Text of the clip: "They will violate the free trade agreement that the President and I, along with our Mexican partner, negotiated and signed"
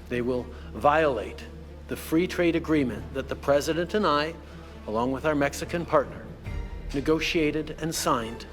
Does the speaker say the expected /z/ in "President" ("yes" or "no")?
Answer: yes